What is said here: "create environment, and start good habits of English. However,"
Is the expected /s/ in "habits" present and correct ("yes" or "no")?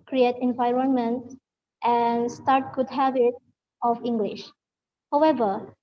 no